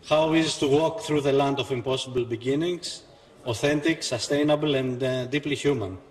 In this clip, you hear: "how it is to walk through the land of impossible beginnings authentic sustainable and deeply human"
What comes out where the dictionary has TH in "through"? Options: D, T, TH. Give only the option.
TH